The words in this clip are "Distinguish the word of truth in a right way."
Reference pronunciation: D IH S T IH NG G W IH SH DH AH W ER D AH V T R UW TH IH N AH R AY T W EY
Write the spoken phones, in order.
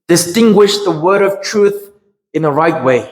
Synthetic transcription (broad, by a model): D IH S T IH NG G W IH SH DH AH W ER D AH V T R UW TH IH N AH R AY T W EY